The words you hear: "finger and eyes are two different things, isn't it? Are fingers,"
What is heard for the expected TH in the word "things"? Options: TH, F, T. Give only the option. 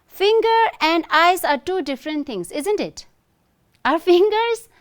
T